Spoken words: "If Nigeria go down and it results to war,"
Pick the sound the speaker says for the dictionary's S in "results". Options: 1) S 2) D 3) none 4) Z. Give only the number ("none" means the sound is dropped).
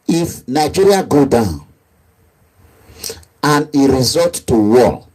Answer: 3